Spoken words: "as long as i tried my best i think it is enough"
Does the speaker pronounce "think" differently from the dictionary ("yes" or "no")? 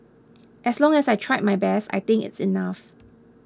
yes